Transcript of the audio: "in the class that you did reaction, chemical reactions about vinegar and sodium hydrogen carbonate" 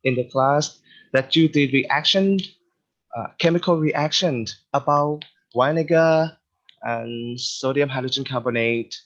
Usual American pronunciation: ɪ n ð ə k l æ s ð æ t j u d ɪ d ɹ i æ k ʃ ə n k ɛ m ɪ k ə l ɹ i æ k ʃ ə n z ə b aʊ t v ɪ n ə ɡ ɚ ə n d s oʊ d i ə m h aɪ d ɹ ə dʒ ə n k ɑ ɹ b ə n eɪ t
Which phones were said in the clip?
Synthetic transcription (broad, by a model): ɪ n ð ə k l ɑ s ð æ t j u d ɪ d ɹ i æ k ʃ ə n k ɛ m ɪ k ə l ɹ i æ k ʃ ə n ə b aʊ t w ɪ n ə ɡ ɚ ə n s oʊ d i ə m h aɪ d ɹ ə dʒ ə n k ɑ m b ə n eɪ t